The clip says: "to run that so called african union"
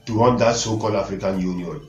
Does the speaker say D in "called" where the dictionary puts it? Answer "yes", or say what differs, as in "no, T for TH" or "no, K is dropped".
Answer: no, D is dropped